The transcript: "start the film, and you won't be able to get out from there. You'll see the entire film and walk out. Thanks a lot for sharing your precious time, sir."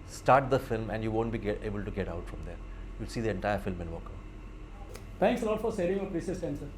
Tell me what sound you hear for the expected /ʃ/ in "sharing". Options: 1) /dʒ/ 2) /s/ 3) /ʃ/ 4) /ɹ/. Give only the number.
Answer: 2